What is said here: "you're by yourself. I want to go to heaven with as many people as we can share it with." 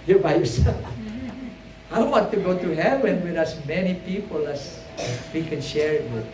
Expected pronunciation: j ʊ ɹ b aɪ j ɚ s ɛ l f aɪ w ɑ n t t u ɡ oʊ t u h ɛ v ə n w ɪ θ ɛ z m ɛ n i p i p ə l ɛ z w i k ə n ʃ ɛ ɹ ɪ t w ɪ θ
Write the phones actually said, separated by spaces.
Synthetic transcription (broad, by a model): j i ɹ b aɪ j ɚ s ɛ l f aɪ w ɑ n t t u ɡ oʊ t u h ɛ w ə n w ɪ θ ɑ s m ɛ n i p i p ə l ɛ s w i k ə n ʃ ɛ ɹ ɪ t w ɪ